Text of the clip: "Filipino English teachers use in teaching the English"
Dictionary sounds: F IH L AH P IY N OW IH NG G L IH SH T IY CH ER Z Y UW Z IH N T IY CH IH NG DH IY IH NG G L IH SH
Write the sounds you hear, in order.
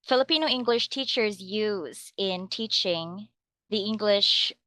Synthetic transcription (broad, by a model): F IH L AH P IY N OW IH NG G L IH SH T IY CH ER Z Y UW Z IH N T IY CH IH NG DH IY IH NG G L IH SH